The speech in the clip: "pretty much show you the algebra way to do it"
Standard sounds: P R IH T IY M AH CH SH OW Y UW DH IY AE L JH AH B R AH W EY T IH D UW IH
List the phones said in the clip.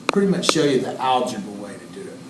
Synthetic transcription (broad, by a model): P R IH T IY M AH CH SH OW Y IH DH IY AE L JH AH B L W EY T IH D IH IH